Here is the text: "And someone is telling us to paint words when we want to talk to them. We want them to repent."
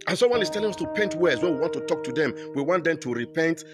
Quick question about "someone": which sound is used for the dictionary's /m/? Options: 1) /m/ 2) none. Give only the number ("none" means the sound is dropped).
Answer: 2